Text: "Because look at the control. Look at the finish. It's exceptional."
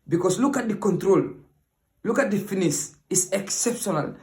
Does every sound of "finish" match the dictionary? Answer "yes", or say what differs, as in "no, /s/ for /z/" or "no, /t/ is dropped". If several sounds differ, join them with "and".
no, /s/ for /ʃ/